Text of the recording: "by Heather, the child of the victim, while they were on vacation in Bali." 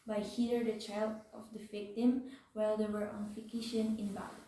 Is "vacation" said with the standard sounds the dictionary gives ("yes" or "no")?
no